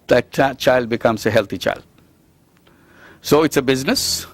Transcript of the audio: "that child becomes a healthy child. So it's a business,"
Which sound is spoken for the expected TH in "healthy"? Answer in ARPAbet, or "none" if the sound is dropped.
T